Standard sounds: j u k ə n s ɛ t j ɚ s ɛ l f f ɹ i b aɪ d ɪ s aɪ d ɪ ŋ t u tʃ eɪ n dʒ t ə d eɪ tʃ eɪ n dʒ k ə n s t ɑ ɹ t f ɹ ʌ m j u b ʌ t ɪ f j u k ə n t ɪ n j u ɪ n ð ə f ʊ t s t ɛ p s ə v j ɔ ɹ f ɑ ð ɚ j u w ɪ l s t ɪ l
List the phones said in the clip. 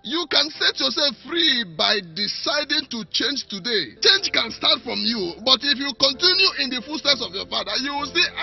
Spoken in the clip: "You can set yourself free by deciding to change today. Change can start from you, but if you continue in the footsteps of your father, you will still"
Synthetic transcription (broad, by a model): j u k ə n s ɛ t j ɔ s ɛ l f f ɹ i b aɪ d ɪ s aɪ d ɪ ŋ t u tʃ eɪ n dʒ t ə d eɪ tʃ eɪ n dʒ k ə n s t ɑ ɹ t f ɹ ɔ m j u b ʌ t ɪ f j u k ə n t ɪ n j u ɪ n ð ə f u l s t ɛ s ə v j ɔ f ɑ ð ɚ j u w ɪ l s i